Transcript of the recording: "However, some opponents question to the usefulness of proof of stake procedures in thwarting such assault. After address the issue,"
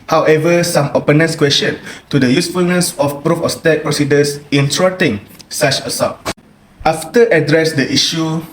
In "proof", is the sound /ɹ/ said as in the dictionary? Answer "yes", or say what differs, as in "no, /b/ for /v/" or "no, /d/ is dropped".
yes